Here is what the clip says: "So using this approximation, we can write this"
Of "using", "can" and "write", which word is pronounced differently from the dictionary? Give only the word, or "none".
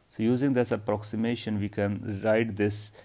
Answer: none